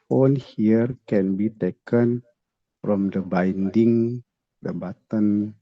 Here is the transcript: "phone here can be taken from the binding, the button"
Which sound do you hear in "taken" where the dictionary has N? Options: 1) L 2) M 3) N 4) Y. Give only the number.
3